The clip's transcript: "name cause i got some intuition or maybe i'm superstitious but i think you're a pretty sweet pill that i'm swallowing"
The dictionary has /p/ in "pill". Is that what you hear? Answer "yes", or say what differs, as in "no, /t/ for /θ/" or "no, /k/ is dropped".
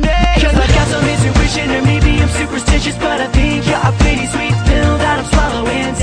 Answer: no, /f/ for /p/